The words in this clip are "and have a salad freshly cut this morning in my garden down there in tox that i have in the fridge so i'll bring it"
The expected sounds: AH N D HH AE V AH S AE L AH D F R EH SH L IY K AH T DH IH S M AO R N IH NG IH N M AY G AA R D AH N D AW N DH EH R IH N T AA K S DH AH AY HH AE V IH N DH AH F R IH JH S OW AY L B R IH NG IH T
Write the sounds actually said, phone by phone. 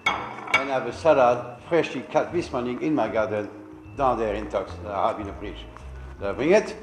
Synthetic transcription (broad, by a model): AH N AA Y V AH S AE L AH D F R EH SH L IY K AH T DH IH S M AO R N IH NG IH N M AY G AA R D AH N D AW N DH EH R IH N T AA K S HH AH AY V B IH N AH P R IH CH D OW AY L B R IH NG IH T